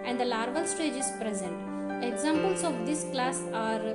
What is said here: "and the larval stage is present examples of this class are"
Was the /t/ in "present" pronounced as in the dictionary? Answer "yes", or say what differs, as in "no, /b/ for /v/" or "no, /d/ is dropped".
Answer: yes